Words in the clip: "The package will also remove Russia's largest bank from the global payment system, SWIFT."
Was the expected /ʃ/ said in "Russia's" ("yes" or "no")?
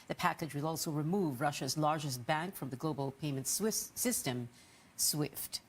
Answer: yes